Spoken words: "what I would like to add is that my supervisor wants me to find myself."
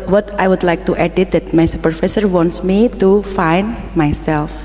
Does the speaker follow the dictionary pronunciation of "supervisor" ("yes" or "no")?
no